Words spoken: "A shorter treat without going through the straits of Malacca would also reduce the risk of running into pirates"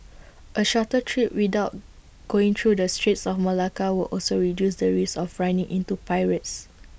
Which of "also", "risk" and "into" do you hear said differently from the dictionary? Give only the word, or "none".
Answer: risk